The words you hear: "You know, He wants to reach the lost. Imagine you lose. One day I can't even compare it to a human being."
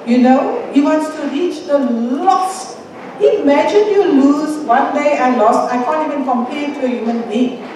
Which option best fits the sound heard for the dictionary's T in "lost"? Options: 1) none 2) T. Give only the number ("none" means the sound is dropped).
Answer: 1